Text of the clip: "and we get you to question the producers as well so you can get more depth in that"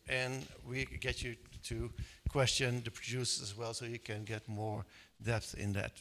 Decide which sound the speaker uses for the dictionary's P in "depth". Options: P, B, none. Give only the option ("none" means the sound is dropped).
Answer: P